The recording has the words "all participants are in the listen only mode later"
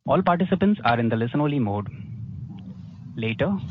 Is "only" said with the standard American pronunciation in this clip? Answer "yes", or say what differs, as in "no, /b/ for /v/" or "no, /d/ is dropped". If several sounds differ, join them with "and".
no, /n/ is dropped